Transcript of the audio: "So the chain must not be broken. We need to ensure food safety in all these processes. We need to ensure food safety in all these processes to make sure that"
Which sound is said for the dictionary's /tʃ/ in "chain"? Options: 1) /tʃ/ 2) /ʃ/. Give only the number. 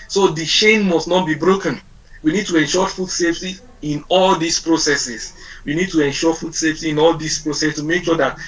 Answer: 2